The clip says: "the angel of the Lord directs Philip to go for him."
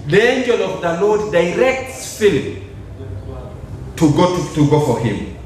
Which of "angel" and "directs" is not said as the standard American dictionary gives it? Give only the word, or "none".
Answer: none